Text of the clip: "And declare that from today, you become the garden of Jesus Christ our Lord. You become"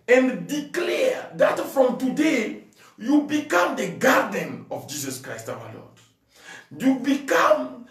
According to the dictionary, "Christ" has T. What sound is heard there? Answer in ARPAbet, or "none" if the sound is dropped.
T